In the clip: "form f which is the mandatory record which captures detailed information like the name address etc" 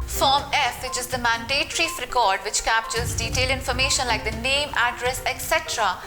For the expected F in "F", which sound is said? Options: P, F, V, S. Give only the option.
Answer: F